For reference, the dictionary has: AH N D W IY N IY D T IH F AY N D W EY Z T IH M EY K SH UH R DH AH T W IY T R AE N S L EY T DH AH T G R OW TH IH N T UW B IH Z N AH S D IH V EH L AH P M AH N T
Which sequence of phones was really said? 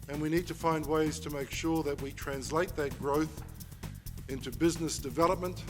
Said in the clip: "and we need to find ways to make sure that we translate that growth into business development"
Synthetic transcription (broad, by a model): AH N W IY N IY D T IH F AY N D W EY Z T IH M EY K SH UH R DH AH T W IY T R AE N S L EY T DH AH T G R OW TH IH N T UW B IH Z N AH S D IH V EH L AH P M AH N T